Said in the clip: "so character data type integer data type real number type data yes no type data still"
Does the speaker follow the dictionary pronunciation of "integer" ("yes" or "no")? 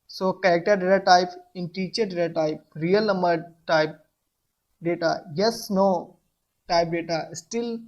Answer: no